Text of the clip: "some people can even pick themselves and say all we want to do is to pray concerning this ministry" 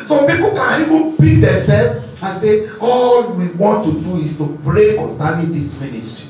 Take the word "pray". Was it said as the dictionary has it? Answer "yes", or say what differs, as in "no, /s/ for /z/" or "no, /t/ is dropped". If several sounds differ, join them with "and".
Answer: no, /b/ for /p/